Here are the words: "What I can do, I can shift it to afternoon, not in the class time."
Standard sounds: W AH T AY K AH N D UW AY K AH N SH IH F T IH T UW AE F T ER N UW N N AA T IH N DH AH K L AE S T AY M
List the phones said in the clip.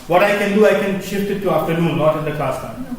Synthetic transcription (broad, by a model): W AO T AY K AH N D UW AY K AH N SH IH F T IH T UW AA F T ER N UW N N AA T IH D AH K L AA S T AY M